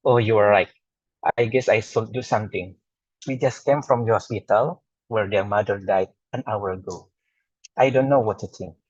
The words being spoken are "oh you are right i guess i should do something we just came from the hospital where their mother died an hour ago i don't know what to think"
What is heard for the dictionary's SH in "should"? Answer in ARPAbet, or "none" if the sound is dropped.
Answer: S